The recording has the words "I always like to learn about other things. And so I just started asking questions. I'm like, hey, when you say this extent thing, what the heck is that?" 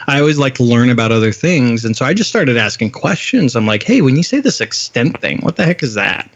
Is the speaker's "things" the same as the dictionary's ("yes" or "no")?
yes